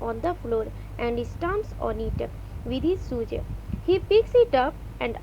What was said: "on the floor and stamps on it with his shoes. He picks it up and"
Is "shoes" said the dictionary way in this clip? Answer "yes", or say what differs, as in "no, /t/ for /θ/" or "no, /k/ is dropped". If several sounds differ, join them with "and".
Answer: no, /s/ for /ʃ/